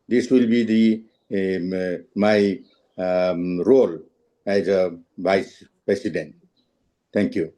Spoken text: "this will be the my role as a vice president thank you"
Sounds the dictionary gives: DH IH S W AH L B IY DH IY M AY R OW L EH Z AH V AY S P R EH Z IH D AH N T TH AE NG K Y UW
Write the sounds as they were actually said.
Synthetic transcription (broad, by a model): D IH S W AH L B IY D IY M AY R OW L EH Z AH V AY S P R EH S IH D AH N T T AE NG K Y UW